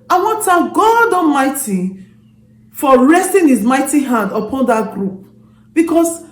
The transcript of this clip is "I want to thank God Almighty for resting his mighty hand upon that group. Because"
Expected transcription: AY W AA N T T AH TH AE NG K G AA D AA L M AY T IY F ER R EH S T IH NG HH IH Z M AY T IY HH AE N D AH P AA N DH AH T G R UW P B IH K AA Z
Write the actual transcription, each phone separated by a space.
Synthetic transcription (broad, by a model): AY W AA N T T AH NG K G AA D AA M AY T IY F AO R EH S T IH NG HH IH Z M AY T IY HH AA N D AH P AA N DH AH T G R UW P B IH K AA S